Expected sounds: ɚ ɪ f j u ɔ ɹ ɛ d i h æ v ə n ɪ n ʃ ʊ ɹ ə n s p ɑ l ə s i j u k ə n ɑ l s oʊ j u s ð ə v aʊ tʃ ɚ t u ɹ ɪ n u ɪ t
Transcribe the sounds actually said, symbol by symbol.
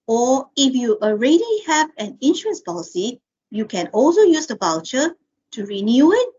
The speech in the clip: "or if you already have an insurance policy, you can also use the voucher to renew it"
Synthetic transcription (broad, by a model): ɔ ɪ f j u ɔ ɹ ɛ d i h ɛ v ə n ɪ n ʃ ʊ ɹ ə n s p ɑ l ə s i j u k ə n ɑ l s oʊ j u s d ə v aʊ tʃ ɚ t u ɹ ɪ n u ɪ t